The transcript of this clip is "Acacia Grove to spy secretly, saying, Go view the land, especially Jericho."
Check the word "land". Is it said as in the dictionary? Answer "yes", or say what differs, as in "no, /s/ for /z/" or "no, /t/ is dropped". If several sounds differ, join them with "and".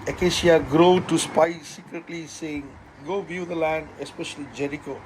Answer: yes